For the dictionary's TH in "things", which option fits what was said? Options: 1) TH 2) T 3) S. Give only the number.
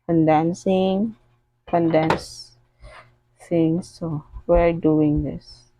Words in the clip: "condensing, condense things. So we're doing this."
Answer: 2